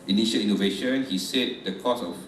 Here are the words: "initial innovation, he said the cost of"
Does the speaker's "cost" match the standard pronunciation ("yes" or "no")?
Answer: no